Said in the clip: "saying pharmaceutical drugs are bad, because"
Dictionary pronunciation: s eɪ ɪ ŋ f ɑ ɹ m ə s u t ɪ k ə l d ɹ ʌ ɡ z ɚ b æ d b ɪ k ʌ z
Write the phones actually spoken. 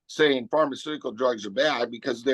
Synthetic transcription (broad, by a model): s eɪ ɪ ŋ f ɑ ɹ m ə s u t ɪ k l d ɹ ʌ ɡ z ɚ b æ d b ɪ k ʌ z